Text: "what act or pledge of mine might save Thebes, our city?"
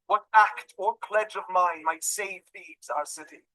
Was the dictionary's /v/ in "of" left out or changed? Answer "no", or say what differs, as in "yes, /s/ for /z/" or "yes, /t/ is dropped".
no